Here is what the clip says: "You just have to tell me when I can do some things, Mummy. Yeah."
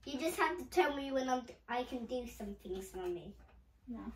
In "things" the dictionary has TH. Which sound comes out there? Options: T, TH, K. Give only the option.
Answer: TH